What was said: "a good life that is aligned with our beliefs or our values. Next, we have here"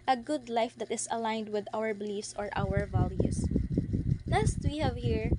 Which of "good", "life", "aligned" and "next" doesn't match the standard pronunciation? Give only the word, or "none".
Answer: next